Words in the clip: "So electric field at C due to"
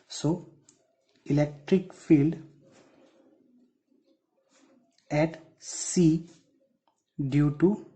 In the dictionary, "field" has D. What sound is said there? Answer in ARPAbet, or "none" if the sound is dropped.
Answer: D